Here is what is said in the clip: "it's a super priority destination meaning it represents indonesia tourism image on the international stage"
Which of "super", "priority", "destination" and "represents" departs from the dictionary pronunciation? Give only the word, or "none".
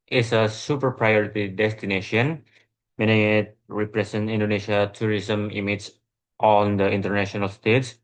represents